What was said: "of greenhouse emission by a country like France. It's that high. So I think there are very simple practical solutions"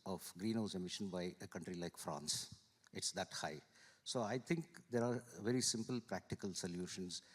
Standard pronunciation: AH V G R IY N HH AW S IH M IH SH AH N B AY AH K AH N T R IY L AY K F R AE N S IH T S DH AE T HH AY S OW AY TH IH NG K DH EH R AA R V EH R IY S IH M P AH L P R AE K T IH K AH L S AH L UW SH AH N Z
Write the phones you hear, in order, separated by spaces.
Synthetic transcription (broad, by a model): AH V G R IY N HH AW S IH M IH SH AH N B AY AH K AH N T R IY L AY K F R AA N S IH T S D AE T HH AY S OW AY T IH NG K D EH R AA R V EH R IY S IH M P AH L P R AE K T IH K AH L S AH L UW SH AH N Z